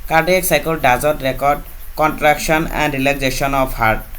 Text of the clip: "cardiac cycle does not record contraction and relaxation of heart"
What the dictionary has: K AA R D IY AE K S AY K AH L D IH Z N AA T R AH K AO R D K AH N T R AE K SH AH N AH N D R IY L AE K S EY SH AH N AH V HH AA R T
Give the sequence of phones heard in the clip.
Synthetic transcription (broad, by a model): K AA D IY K S AY K AH L D IH Z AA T R AH K AO R D K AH N T R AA K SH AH N AH N D R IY L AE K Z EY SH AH N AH P HH AA R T